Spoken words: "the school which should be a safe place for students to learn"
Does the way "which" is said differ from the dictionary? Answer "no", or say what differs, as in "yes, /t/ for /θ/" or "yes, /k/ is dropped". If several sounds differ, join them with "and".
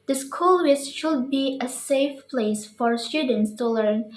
yes, /s/ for /tʃ/